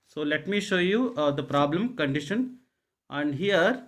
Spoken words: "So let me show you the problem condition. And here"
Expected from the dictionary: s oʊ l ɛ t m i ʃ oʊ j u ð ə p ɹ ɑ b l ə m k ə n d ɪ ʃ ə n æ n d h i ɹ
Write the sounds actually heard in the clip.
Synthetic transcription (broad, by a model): s oʊ l ɛ t m i ʃ oʊ j u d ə p ɹ ɑ b l ə m k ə n d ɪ ʃ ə n æ n d h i ɹ